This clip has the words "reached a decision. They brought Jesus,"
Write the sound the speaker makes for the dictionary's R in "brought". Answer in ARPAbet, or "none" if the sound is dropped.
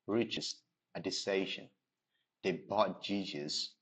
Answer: none